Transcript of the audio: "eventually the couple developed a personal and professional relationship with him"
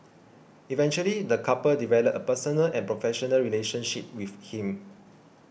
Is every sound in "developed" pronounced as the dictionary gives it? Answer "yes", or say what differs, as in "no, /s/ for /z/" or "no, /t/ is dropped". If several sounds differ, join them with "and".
no, /t/ is dropped